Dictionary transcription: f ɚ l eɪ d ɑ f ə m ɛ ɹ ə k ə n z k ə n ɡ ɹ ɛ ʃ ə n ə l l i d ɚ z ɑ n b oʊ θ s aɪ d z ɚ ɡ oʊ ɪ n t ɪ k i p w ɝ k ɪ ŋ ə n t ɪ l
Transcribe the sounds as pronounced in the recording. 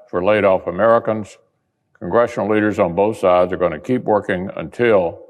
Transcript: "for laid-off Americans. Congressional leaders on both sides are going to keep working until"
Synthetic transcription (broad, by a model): f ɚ l eɪ d ɑ f ə m ɛ ɹ ə k ə n z k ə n ɡ ɹ ɛ ʃ n l l i d ɚ z n b oʊ θ s aɪ d z ɚ ɡ oʊ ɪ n t ɪ k i p w ɝ k ɪ ŋ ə n t ɪ l